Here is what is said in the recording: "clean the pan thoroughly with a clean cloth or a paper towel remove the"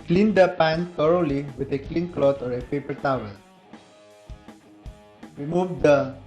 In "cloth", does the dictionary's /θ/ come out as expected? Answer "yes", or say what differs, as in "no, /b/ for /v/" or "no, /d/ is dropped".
no, /t/ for /θ/